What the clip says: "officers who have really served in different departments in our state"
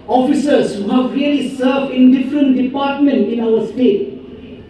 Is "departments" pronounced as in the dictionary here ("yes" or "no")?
no